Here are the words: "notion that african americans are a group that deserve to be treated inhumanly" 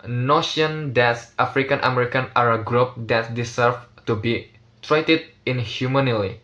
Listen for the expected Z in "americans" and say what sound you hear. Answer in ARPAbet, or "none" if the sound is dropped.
none